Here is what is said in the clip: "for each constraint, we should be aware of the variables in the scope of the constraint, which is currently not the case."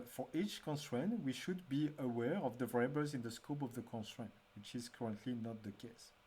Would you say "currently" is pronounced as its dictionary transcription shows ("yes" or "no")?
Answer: yes